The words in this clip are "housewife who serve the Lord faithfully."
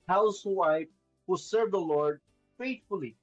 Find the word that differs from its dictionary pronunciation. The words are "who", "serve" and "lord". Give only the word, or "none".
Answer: none